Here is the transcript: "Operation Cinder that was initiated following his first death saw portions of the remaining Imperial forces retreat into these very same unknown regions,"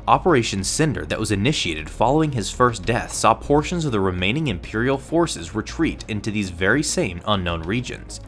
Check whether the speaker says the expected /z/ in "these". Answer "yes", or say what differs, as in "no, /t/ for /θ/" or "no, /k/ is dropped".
yes